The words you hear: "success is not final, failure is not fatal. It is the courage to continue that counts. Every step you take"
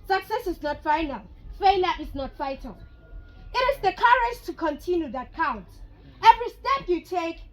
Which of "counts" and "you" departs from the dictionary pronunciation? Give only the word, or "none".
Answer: counts